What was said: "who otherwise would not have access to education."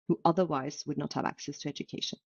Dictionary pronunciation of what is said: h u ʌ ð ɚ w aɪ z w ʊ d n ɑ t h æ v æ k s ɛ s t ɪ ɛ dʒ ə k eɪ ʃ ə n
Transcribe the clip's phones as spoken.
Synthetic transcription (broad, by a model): h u ʌ ð ɚ w aɪ z w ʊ d n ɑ t h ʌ v æ k s ɛ s t ɪ ɛ dʒ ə k eɪ ʃ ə n